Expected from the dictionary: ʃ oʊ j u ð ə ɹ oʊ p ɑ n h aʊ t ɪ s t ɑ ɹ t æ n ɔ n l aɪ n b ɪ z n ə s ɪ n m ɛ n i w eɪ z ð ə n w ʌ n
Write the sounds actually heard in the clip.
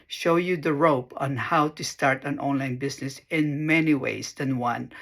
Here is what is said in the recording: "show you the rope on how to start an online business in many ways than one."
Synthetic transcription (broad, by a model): ʃ oʊ j u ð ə ɹ oʊ p ɑ n h aʊ t ɪ s t ɑ ɹ t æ n ɔ n l aɪ n b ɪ s n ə s ɪ n m ɛ n i w eɪ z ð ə n w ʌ n